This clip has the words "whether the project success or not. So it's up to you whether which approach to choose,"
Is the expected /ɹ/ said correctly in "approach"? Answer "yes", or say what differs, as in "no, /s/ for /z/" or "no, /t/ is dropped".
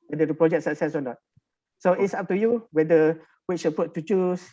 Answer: no, /ɹ/ is dropped